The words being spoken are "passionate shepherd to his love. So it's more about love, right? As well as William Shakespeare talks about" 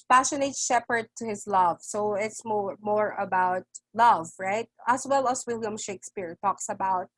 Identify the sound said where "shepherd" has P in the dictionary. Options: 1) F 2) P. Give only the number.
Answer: 2